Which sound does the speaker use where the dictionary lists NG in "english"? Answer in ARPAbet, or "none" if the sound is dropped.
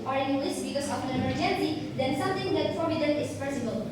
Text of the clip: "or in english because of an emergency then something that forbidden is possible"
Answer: none